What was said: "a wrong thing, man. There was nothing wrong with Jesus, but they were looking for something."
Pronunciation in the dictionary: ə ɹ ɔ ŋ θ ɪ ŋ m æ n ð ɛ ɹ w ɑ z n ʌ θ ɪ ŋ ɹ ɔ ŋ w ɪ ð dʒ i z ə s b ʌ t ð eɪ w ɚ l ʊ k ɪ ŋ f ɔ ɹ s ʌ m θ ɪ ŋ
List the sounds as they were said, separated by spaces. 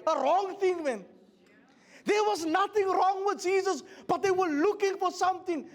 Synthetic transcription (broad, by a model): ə ɹ ɔ ŋ θ ɪ ŋ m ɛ n ð ɛ ɹ w ɑ z n ʌ θ ɪ ŋ ɹ ɔ ŋ w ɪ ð dʒ i z ə s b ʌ t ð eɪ w ɚ l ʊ k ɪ ŋ f ɔ ɹ s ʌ m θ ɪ ŋ